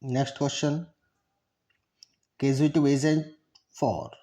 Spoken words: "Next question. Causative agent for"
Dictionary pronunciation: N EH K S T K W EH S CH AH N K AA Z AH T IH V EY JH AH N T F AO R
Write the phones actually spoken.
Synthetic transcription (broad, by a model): N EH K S T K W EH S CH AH N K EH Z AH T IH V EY Z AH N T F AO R